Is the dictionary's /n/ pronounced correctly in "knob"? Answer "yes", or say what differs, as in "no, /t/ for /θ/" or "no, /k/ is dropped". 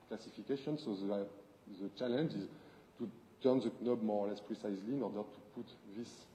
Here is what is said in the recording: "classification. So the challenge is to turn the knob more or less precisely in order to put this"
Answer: yes